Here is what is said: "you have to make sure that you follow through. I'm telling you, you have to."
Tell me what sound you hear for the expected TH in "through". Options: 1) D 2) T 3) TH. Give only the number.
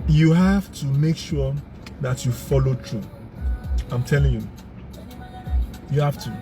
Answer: 2